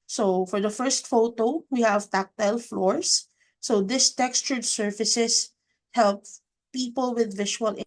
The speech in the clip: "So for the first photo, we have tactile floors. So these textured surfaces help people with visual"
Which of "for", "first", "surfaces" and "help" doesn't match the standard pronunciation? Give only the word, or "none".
surfaces